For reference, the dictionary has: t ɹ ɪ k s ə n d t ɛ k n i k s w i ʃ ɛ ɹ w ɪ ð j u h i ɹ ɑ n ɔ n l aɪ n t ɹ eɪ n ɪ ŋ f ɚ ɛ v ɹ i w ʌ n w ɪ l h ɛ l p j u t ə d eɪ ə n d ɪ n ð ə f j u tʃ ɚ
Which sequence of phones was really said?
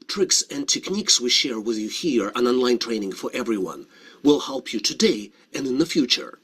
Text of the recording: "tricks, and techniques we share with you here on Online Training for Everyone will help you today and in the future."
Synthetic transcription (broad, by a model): t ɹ ɪ k s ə n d t ɛ k n i k s w i ʃ ɛ ɹ w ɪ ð j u h i ɹ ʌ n ɔ n l aɪ n t ɹ eɪ n ɪ ŋ f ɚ ɛ v ɹ i w ʌ n w ɪ l h ɛ l p j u t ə d eɪ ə n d ɪ n ð ə f j u tʃ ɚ